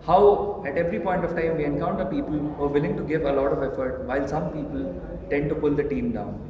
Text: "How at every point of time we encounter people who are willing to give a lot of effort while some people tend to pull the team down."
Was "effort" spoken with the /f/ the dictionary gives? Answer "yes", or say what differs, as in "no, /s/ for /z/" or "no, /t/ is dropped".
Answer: yes